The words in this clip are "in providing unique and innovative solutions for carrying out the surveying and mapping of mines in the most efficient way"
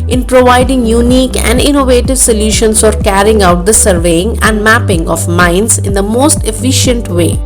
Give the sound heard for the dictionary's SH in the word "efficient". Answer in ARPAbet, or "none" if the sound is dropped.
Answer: SH